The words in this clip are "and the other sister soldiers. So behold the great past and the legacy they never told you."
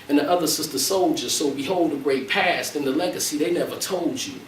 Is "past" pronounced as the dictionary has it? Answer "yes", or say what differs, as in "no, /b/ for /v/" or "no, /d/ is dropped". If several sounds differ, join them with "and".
yes